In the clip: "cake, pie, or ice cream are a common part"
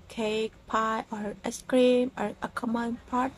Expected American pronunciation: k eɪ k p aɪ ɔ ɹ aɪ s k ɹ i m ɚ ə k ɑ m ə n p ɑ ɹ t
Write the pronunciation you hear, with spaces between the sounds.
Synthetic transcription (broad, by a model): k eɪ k p aɪ ɔ ɹ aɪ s k ɹ i m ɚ ə k ɑ m ə n p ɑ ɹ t